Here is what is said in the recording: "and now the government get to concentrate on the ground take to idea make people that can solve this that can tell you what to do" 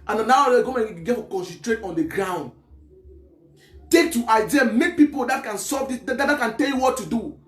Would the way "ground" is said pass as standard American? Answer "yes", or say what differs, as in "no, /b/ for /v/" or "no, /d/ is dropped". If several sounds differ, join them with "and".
yes